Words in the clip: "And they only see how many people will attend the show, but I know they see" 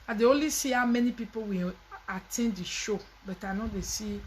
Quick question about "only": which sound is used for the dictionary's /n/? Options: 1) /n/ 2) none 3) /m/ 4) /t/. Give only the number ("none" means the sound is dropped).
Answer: 2